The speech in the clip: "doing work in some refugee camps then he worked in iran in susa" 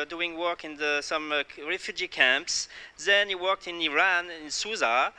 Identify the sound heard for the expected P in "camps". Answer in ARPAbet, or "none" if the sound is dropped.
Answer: P